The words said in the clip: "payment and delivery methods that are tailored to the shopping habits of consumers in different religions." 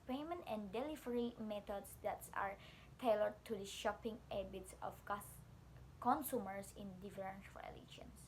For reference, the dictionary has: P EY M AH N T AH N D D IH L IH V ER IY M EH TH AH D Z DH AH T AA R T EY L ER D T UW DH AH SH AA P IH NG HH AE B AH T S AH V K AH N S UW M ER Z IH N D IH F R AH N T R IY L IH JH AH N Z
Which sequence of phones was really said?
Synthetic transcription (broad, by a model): P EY M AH N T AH N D D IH L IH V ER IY M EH T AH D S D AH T AA R T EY L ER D T UW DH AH SH AA P IH NG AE B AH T S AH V K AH N S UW M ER S IH N D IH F R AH N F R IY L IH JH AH N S